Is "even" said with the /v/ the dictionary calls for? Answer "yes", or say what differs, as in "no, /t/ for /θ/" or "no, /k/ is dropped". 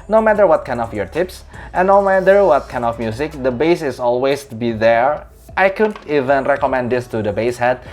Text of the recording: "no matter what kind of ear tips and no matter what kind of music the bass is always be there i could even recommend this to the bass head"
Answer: yes